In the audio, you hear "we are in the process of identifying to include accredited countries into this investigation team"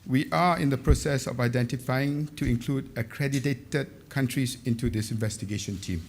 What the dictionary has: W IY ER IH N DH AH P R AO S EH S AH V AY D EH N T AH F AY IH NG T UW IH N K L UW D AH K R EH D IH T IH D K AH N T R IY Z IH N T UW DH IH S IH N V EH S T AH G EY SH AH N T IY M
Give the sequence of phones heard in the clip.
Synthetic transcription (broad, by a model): W IY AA IH N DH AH P R AO S EH S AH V AY D EH N T AH F AY IH NG T UW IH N K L UW D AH K R EH D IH T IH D K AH N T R IY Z IH N T UW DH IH S IH N V EH S T AH G EY SH AH N T IY M